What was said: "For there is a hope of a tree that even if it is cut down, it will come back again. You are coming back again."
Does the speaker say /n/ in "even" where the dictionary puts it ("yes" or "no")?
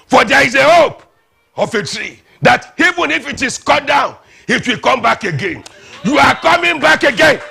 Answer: yes